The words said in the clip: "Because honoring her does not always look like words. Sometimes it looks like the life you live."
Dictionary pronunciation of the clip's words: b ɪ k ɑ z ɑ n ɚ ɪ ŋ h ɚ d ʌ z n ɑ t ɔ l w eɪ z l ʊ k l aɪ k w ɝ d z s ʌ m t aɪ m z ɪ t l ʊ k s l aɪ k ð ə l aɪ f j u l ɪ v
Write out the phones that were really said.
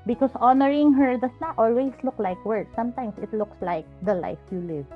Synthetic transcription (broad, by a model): b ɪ k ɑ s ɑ n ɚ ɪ ŋ h ɚ d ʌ s n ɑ t ɔ l w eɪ s l ʊ k l aɪ k w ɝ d s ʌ m t aɪ m s ɪ t l ʊ k s l aɪ k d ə l aɪ f j u l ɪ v